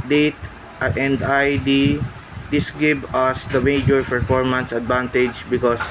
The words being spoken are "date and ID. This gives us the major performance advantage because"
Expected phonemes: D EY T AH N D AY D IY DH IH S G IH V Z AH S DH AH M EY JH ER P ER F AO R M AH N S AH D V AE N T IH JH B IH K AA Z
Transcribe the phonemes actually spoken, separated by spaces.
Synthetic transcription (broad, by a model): D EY T AH N D AY D IY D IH S G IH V AH S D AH M EY JH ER P ER F AO R M AH N S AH D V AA N T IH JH B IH K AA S